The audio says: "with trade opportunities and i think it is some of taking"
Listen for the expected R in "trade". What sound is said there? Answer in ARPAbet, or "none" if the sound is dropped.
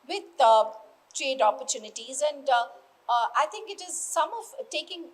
R